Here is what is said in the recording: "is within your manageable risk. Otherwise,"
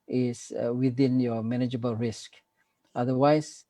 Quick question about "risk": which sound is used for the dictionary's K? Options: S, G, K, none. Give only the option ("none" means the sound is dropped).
K